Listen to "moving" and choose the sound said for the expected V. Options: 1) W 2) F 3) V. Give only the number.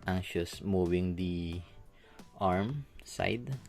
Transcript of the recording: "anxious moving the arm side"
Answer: 1